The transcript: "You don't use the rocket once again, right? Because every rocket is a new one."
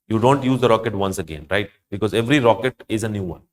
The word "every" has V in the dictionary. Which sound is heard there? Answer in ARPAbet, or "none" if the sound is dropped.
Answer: V